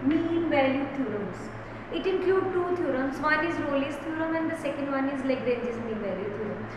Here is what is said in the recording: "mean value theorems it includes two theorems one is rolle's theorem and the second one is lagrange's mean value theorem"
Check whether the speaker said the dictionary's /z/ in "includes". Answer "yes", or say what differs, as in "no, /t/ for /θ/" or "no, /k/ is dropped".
no, /z/ is dropped